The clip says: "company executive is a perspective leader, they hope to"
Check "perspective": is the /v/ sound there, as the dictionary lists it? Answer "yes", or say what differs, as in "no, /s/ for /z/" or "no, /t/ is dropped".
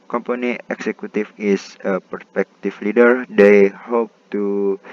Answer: no, /f/ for /v/